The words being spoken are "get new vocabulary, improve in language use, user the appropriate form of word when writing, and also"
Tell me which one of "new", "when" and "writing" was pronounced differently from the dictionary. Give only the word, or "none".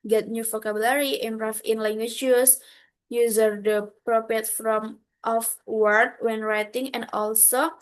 none